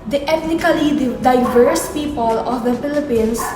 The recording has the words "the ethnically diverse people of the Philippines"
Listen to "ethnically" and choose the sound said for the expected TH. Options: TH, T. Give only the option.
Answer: T